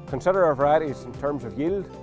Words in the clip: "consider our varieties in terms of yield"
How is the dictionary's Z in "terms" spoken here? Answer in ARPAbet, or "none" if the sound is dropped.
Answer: Z